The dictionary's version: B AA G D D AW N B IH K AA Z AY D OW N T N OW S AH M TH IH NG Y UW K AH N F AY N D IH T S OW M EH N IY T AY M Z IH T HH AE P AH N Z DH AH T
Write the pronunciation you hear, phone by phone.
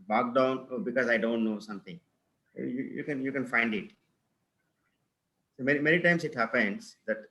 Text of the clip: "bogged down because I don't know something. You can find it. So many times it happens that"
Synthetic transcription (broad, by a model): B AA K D D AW N B IH K AA Z AY D OW N T N OW S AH M T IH NG Y UW K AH N F AY N D IH T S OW M EH N IY T AY M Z IH T HH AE P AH N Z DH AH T